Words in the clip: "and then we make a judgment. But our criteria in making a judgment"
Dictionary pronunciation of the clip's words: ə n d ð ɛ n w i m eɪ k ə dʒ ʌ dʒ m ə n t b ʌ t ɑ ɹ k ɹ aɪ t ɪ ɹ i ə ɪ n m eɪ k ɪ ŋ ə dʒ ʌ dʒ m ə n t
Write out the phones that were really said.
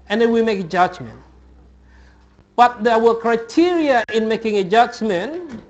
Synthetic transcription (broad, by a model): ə n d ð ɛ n w i m eɪ k ə dʒ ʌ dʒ m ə n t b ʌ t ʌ w k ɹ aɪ t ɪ ɹ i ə ɪ n m eɪ k ɪ ŋ ə dʒ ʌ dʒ m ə n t